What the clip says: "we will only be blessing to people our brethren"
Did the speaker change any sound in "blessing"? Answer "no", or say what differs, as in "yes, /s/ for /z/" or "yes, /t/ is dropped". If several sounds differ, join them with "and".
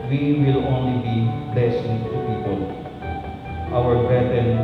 yes, /l/ is dropped